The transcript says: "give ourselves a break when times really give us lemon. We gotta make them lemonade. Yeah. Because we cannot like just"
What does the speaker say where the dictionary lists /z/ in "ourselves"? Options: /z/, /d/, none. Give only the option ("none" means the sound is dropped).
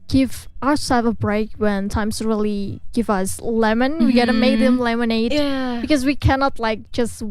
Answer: none